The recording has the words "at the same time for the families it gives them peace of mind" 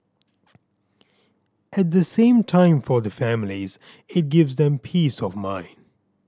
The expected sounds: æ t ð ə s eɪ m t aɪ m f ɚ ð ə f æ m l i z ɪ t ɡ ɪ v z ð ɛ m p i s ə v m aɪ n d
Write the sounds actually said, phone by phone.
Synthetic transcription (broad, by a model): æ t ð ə s eɪ m t aɪ m f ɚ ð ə f æ m l i z ɪ t ɡ ɪ v z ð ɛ m p i s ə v m aɪ n d